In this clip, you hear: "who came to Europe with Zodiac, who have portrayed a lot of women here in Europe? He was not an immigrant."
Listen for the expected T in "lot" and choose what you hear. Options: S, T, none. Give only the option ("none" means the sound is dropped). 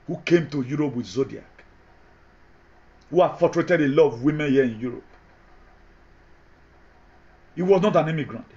none